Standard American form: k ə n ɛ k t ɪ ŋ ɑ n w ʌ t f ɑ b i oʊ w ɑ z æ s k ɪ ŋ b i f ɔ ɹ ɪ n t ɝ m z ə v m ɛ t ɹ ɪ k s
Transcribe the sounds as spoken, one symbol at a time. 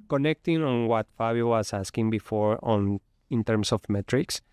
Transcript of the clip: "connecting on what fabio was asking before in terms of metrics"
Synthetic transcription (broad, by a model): k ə n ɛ k t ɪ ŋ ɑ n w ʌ t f ɑ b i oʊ w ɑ s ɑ s k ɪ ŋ b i f ɔ ɹ ɪ n t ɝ m s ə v m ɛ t ɹ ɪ k s